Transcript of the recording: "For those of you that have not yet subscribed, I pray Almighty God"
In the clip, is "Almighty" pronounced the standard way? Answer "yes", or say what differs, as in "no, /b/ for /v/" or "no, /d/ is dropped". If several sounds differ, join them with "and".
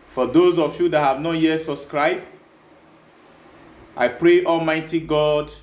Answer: yes